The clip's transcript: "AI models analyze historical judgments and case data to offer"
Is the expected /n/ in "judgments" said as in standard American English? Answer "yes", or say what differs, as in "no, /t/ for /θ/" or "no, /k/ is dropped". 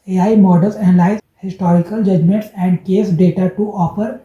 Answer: yes